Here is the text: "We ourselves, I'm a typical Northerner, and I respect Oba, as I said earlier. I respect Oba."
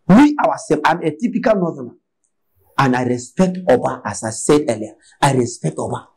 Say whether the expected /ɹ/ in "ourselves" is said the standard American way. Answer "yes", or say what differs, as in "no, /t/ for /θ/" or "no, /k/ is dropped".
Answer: no, /w/ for /ɹ/